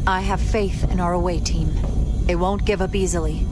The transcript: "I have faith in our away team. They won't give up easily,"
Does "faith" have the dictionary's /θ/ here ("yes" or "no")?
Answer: yes